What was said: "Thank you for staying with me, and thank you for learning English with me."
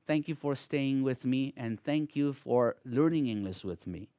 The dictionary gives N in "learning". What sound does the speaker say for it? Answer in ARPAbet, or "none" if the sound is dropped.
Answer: N